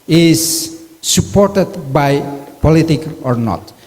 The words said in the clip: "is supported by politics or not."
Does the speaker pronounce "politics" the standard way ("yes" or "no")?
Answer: no